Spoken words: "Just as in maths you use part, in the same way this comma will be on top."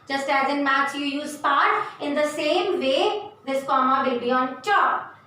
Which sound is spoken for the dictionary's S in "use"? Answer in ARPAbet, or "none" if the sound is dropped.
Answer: S